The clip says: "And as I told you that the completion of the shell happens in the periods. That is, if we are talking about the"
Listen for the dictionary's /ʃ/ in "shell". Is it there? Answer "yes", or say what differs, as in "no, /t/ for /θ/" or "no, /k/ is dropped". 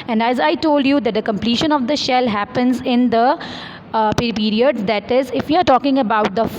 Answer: yes